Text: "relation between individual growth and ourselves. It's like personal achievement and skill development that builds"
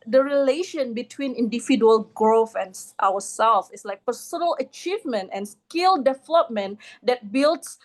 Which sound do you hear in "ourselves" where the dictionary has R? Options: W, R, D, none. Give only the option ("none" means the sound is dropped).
W